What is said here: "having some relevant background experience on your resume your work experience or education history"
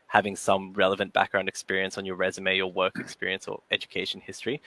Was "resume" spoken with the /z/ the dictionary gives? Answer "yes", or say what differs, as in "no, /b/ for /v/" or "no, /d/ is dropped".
yes